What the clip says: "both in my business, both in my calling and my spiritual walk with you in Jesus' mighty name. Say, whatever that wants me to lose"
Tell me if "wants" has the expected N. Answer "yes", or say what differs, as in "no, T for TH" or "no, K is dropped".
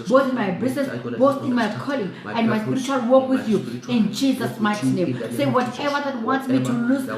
yes